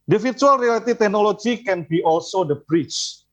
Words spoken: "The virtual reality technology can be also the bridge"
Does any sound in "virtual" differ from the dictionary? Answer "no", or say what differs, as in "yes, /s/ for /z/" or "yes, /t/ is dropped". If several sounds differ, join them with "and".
yes, /f/ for /v/